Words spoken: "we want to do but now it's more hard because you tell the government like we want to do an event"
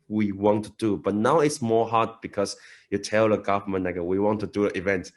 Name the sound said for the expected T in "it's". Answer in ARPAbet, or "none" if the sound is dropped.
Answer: T